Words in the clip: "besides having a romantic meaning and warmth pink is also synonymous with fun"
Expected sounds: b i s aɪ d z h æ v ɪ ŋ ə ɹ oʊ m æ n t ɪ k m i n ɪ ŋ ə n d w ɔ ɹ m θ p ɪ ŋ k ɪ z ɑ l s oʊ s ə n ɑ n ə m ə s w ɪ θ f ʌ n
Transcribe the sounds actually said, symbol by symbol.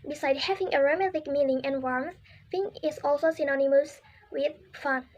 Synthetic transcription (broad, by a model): b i s aɪ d h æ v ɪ ŋ ə ɹ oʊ m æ t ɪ k m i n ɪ ŋ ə n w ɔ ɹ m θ f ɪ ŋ ɪ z ɑ l s oʊ s ə n ɑ n ə m ə s w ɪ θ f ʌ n